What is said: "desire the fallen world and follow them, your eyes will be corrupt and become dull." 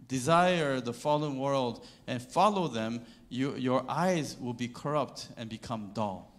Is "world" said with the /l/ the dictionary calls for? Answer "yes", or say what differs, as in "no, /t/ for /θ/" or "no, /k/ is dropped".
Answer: yes